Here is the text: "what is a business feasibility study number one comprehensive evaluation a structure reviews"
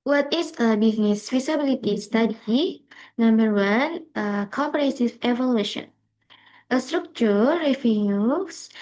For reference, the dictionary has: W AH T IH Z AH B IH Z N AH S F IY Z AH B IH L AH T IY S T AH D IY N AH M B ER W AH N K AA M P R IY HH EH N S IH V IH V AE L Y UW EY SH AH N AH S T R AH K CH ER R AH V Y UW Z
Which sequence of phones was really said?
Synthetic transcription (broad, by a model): W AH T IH S AH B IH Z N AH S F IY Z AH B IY L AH T IY S T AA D IY N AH M B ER W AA N K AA M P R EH S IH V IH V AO L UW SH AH N AH S T R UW K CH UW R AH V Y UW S